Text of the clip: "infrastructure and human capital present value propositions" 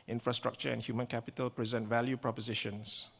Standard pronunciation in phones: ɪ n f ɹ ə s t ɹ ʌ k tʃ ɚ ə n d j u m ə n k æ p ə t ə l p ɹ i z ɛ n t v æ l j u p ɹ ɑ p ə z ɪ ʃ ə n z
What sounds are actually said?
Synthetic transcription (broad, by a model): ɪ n f ɹ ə s t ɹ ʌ k tʃ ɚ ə n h j u m ə n k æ p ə t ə l p ɹ i z ɛ n t v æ l j u p ɹ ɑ p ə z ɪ ʃ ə n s